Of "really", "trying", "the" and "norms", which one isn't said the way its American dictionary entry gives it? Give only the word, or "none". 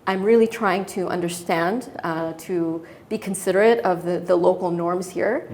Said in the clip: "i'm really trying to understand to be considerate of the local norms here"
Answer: none